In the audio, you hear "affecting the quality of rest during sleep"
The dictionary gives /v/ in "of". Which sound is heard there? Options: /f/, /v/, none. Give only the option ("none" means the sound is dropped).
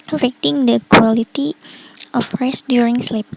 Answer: /f/